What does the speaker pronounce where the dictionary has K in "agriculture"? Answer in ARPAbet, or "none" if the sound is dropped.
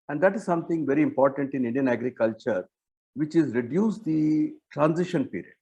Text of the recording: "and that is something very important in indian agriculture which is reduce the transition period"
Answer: K